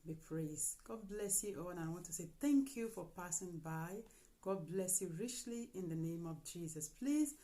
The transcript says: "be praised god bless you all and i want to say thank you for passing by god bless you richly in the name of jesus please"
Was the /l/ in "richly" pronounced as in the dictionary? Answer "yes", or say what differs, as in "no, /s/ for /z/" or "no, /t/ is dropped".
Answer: yes